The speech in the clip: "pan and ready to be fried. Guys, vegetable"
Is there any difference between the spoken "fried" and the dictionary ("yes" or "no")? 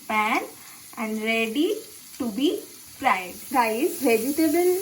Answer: yes